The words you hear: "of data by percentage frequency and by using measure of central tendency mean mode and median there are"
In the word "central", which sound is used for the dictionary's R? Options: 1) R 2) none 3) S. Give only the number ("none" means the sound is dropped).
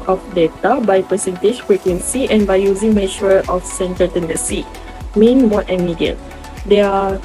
2